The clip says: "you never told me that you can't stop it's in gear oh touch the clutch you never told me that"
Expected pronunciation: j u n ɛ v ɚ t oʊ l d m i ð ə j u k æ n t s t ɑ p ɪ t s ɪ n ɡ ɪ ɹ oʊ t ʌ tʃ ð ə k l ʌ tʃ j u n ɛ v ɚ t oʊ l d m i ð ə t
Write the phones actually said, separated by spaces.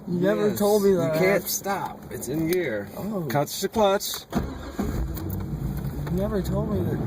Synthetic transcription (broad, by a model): j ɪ n ɛ v ɚ t oʊ l d m i ð ə k æ n t s t ɑ p ɪ t s ɪ n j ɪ ɹ oʊ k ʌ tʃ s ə k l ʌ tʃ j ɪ n ɛ v ɚ t oʊ l d m i ð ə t